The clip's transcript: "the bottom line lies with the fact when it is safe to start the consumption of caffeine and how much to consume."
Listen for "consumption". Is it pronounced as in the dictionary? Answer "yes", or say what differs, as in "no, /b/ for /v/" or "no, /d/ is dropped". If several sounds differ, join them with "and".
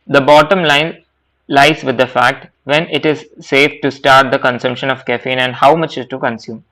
yes